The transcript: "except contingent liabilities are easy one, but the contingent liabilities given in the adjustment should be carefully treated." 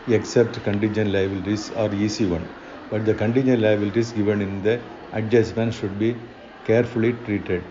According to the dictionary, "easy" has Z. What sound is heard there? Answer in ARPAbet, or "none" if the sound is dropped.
S